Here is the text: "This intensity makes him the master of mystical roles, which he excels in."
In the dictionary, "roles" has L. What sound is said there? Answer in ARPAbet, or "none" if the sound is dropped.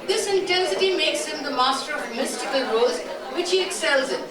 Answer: none